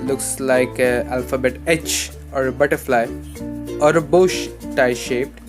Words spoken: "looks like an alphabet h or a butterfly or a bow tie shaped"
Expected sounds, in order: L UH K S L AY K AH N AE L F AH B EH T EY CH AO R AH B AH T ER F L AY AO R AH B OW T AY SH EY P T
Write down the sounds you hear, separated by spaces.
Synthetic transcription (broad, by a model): L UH K S L AY K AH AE L F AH B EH T EY CH AO R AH B AH T ER F L AY AO R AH B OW T AY SH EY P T